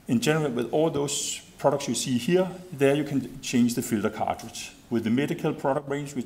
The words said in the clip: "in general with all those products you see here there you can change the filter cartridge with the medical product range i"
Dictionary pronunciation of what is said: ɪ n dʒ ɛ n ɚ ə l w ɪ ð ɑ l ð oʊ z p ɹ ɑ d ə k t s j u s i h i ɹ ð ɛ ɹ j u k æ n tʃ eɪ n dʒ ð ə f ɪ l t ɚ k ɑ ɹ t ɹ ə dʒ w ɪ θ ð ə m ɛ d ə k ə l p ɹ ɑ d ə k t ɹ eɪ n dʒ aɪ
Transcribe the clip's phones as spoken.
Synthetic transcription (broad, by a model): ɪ n dʒ ɛ n ɚ ə l w ɪ ð ɑ l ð oʊ s p ɹ ɑ d ə k t s j u s i h i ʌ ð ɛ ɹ j u k æ n tʃ eɪ n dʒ ð ə f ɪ l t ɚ k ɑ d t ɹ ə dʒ w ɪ ð ə m ɛ d ə k ə l p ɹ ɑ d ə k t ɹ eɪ n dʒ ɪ